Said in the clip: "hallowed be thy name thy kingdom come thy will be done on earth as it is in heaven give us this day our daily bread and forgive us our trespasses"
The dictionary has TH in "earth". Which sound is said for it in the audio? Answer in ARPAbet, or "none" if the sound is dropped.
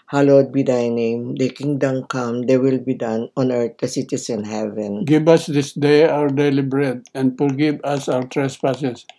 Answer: T